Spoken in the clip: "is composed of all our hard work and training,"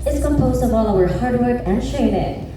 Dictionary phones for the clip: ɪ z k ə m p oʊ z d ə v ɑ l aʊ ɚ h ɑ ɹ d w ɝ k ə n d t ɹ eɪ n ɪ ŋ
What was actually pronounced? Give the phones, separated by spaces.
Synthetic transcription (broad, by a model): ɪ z k ə m p oʊ z d ə v ɑ l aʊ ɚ h ɑ ɹ d w ɝ k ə n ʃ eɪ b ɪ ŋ